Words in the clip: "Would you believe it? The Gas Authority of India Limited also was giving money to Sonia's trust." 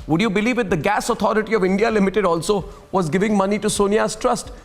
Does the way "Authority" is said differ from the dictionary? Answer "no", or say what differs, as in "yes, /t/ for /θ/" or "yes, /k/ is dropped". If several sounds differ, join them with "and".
yes, /t/ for /θ/